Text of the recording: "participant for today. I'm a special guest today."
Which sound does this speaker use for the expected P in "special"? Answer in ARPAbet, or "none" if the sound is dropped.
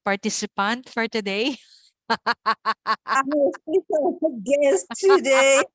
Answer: none